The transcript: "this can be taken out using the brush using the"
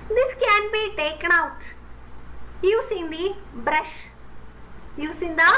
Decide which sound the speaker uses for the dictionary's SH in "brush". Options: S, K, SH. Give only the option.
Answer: SH